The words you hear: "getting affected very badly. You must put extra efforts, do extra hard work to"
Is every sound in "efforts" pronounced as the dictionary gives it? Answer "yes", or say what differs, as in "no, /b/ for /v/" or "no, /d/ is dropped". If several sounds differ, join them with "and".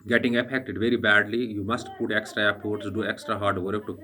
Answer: no, /p/ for /f/